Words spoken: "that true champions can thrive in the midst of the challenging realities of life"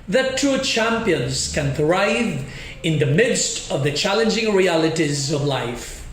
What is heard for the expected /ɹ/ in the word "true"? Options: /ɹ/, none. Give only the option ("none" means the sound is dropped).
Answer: none